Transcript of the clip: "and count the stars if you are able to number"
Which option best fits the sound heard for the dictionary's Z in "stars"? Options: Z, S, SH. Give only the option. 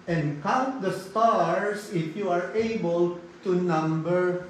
S